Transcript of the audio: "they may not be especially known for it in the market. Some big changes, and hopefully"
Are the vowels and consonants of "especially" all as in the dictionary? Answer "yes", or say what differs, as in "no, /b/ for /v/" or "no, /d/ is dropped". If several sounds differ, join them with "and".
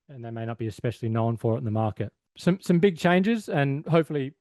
yes